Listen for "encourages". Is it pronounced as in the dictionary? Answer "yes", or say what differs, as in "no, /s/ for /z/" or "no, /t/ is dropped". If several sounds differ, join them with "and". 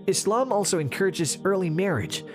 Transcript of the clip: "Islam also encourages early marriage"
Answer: yes